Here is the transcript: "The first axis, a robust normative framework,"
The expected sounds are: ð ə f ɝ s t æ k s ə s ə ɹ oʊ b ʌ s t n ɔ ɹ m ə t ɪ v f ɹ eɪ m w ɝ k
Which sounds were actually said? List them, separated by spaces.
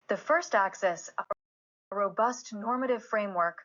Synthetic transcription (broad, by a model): ð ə f ɝ s t æ k s ə s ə ɹ oʊ b ʌ s t n ɔ ɹ m ə t ɪ v f ɹ eɪ m w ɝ k